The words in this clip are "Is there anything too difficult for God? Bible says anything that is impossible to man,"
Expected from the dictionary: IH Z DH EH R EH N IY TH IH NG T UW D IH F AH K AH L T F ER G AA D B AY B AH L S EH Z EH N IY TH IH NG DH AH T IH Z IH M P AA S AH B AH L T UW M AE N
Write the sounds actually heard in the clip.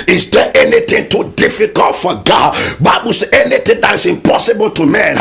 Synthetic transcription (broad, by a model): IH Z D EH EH N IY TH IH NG T UW D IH F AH K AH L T F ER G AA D B AY B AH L S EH EH N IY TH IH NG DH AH T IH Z IH M P AA S AH B AH L T UW M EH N